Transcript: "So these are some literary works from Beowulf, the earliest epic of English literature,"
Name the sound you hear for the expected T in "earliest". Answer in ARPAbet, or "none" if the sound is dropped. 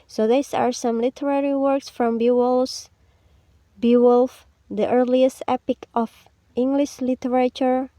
T